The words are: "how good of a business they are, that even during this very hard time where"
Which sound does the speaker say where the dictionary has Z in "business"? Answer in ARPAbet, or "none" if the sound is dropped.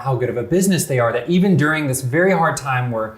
Z